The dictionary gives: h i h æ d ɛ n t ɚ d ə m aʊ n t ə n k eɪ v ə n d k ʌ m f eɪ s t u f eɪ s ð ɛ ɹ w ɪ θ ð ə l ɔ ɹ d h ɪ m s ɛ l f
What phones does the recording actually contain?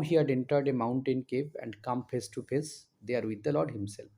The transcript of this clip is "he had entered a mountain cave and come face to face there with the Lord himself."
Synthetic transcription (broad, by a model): h i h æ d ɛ n t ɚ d ə m aʊ n t ə n k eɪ p ə n d k ʌ m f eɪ s t u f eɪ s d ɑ ɹ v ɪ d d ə l ɔ ɹ d h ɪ m s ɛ l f